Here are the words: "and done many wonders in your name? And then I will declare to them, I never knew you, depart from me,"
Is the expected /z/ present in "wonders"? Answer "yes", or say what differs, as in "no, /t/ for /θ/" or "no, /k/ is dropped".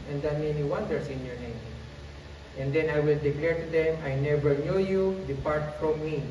no, /s/ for /z/